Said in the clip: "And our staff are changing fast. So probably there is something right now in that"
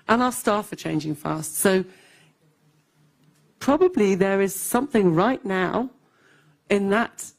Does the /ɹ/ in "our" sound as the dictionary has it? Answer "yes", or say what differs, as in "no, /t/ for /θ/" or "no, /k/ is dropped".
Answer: no, /l/ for /ɹ/